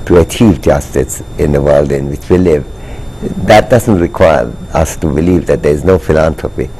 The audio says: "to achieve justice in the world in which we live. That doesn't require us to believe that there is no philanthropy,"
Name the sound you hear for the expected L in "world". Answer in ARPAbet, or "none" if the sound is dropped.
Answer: L